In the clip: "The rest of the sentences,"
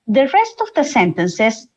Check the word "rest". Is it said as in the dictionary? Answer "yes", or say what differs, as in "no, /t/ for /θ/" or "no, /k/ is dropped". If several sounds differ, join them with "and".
yes